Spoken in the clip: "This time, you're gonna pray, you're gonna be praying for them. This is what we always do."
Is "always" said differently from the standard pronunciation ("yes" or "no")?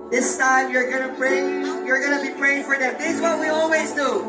no